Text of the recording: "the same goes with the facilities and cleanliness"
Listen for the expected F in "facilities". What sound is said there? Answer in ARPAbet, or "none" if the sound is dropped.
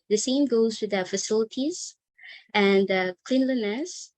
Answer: F